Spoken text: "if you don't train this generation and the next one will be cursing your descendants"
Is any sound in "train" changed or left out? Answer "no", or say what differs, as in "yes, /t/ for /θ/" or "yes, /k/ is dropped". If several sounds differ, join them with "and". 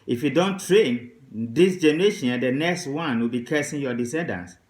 no